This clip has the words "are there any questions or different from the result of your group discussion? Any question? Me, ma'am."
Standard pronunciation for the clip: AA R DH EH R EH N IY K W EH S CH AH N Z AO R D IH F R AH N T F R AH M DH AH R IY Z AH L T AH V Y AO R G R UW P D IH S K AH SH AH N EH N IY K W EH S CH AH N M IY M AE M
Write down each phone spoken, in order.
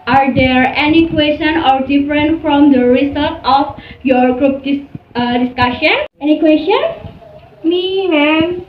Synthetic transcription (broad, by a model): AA R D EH R EH N IY K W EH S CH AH N AO R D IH F R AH N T F R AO M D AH R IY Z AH L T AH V Y AO R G R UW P D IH S K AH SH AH N EH N IY K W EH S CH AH N M IY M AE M